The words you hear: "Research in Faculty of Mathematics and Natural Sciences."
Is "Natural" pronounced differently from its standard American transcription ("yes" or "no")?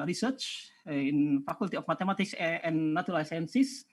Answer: yes